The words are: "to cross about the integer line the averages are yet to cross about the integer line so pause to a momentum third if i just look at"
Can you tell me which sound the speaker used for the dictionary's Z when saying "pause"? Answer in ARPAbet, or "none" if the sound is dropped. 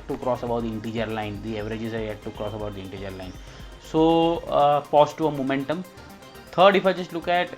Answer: S